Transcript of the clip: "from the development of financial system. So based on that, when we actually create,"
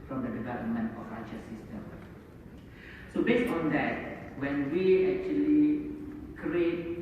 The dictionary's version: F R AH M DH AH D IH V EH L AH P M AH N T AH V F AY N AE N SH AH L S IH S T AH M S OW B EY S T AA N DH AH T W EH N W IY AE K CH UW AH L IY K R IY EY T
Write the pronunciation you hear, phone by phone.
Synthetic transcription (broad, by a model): F R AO M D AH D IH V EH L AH M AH N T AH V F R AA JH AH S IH S T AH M S OW B EY S T AA N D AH T W EH N W IY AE K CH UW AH L IY K R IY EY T